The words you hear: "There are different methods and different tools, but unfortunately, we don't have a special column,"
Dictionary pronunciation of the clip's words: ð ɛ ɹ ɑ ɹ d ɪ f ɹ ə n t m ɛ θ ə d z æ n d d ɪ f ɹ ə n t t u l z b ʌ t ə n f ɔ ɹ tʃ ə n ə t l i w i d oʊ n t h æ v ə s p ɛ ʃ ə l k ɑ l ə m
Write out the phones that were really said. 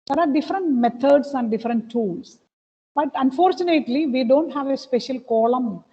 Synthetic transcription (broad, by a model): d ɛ ɹ ɑ ɹ d ɪ f ɹ ə n t m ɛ t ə d s æ n d d ɪ f ɹ ə n t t u l s b ʌ t ə n f ɔ ɹ tʃ ə n ə t l i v i d oʊ n t h æ v ə s p ɛ ʃ ə l k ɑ l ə m